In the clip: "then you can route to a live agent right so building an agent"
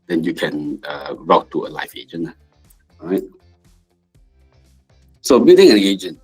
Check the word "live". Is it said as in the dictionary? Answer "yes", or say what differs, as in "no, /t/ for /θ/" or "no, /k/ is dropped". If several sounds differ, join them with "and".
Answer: no, /f/ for /v/